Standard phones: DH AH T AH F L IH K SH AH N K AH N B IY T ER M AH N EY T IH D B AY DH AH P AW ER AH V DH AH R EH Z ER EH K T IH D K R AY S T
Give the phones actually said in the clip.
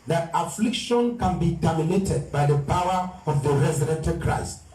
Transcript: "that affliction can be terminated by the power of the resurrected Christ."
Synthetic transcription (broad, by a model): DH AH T AH F L IH K SH AH N K AH N B IY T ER M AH N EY T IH D B AY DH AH P AW ER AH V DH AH R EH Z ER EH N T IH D K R AY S T